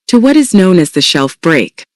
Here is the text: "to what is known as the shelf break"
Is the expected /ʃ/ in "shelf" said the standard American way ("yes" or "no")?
yes